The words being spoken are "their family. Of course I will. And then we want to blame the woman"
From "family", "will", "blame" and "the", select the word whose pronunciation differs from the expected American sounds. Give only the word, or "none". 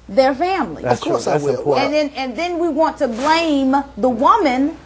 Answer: will